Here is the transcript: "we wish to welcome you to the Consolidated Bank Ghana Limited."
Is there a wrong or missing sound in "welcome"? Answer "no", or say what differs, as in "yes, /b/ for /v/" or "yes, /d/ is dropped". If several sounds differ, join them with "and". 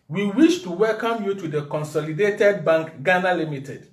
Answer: no